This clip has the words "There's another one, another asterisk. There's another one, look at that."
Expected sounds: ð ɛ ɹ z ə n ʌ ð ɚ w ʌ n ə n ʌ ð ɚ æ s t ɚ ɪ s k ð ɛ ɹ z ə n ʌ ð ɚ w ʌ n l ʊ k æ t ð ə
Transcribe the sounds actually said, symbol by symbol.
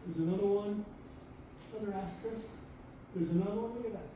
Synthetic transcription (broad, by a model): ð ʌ ɹ z ə n ʌ ð ɚ w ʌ ə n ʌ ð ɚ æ s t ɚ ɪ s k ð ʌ ɹ z ə n ʌ ð ɚ w ʌ n w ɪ ʌ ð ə